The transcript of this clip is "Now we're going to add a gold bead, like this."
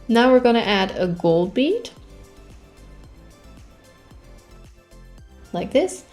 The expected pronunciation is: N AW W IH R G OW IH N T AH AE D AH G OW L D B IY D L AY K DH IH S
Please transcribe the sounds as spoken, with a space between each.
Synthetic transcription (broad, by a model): N AW W IH R G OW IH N T AE D AH G OW L D B IY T L AY K DH IH S